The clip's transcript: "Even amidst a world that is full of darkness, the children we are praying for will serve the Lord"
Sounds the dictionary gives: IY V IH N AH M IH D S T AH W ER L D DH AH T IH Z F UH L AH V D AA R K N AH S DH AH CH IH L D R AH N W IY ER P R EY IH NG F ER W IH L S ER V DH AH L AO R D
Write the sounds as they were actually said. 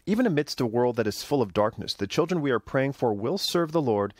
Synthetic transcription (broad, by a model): IY V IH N AH M IH D S T AH W ER L D DH AH T IH Z F UH L AH V D AA R K N AH S DH AH CH IH L D R AH N W IY ER P R EY IH NG F ER W IH L S ER V DH AH L AO R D